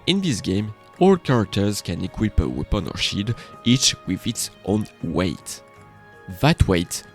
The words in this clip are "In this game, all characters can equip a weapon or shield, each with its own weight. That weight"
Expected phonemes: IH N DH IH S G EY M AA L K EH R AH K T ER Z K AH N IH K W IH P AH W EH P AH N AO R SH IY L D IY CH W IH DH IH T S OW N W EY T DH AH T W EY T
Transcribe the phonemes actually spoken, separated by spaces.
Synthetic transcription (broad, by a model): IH N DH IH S G EY M AA L K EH R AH K T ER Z K AH N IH K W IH P AH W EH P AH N AO R SH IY D IY CH W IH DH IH T S OW N W EY T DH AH T W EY T